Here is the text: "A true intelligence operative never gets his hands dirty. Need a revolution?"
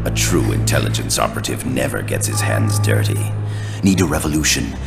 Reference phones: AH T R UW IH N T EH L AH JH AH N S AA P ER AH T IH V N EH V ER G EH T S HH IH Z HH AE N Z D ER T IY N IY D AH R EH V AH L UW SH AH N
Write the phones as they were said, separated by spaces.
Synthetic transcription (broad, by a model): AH T R UW IH N T EH L AH JH AH N S AA P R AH T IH V N EH V ER G EH T S HH IH Z HH AE N Z D ER T IY N IY D AH R EH V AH L UW SH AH N